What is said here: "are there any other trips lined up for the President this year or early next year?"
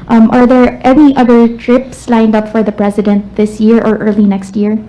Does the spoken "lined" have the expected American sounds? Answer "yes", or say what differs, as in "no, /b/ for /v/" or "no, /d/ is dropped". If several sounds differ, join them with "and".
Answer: yes